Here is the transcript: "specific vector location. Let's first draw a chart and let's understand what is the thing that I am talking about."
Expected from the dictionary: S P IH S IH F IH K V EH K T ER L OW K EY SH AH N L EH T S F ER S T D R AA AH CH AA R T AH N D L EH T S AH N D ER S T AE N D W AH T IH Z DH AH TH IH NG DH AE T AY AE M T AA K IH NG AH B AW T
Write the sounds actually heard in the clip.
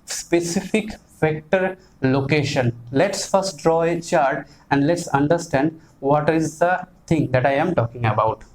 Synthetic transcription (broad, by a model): S P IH S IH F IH K F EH K T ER L OW K EY SH AH N L EH T S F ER S T D R AA AH CH AA R T AH N D L EH T S AH N D ER S T AE N D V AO T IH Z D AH T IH NG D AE T AY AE M T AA K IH NG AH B AW T